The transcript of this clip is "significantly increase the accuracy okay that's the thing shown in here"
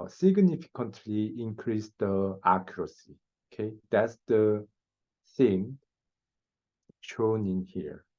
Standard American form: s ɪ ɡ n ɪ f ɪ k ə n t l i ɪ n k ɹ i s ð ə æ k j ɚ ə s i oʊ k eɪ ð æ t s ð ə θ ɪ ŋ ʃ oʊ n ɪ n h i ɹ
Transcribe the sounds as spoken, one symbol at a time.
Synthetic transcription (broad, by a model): s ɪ ɡ n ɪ f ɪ k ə n t l i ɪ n k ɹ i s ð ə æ k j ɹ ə s i oʊ k eɪ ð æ t s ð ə s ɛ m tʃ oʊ n ɪ n h i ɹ